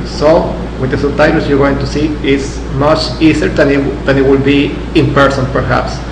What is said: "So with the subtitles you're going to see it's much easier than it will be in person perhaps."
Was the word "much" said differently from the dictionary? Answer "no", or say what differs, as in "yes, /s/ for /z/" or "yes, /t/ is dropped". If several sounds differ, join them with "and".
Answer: no